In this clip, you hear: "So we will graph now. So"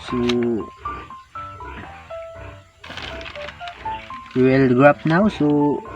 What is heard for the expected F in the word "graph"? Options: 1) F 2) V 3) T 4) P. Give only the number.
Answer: 4